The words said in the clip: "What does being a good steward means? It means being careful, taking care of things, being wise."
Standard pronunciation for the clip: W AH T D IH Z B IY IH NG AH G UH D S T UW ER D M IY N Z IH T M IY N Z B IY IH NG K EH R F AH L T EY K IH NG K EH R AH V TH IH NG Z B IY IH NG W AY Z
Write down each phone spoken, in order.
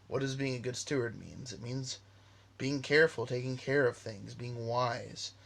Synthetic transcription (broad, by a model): W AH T D IH Z B IY IH NG AH G UH D S T UW ER D M IY N Z IH T M IY N Z B IY IH NG K EH R F L T EY K IH NG K EH R AH V TH IH NG Z B IY IH NG W AY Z